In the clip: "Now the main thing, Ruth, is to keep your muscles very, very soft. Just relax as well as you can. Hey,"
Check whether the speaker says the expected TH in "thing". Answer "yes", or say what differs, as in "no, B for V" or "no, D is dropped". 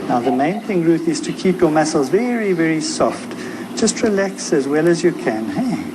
yes